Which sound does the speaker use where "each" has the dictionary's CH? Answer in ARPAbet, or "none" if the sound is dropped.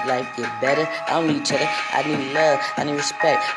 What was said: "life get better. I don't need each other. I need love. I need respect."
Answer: CH